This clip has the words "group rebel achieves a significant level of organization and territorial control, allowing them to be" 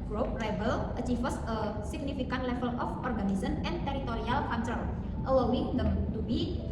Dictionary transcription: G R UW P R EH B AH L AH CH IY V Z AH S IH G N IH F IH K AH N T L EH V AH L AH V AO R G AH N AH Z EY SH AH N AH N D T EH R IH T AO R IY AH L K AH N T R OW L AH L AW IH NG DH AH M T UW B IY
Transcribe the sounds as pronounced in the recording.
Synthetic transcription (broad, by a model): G R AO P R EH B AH L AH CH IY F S AH S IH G N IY F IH K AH N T L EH F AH L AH F AO R G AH N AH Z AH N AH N T EH R IH T AO R IY AH L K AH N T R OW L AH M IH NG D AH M T UW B IY